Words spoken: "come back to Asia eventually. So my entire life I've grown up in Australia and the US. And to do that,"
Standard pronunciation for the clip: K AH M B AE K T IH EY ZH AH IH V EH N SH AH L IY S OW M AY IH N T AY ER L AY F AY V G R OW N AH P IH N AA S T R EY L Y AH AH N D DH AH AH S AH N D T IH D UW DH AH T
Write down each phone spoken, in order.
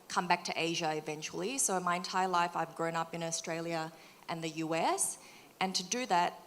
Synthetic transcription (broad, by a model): K AH M B AE K T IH EY ZH AH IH V EH N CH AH L IY S OW M AY IH N T AY ER L AY F AY V G R OW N AH P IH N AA S T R EY L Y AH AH N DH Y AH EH S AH N T IH D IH DH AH T